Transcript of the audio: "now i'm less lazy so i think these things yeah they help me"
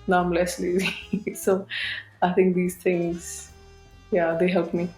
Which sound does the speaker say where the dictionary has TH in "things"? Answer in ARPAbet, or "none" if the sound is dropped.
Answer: T